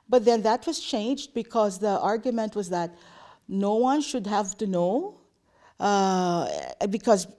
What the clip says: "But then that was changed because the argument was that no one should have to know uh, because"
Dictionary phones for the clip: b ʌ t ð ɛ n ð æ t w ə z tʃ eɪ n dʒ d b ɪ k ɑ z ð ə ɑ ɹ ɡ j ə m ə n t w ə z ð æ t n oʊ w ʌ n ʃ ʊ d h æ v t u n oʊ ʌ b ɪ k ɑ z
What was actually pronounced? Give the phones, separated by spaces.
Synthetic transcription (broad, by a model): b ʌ t ð ɛ n ð æ t w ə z tʃ eɪ n dʒ d b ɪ k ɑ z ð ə ɑ ɹ ɡ j ə m ə n t w ə z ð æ t n oʊ w ʌ n ʃ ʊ d h æ v t u n oʊ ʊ b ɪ k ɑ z